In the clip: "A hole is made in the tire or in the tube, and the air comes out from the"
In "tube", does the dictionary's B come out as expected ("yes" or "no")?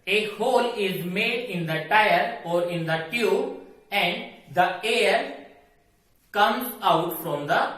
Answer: no